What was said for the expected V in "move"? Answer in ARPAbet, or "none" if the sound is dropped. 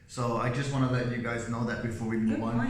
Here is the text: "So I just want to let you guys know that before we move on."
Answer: W